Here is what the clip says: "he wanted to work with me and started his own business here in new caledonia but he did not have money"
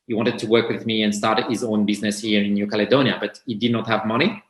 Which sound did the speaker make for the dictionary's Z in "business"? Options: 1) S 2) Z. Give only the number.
2